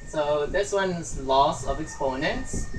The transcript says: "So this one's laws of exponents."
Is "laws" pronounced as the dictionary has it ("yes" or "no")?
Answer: no